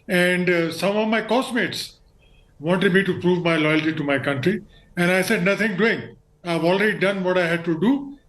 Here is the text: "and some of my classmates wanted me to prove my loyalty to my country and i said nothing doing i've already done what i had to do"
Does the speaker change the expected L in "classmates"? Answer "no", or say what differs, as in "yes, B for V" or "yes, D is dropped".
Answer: yes, L is dropped